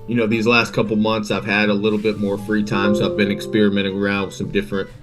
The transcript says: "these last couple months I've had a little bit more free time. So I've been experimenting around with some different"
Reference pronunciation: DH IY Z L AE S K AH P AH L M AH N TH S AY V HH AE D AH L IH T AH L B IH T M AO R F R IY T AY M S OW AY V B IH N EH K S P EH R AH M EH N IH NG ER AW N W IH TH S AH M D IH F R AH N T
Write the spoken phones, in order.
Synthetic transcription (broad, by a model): DH IY Z L AE S K AH P L M AH N TH S AY V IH D AH L IH T L B IH T M AO R F R IY T AY M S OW AY V B IH N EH K S P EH R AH M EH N IH NG ER AW N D S AH M D IH F R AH N T